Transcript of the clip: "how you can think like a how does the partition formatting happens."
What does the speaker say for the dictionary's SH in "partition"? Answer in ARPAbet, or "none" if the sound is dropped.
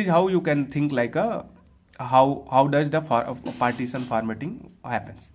S